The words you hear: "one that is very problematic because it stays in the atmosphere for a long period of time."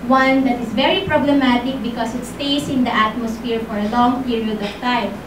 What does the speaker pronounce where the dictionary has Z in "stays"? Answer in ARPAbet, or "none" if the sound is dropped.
S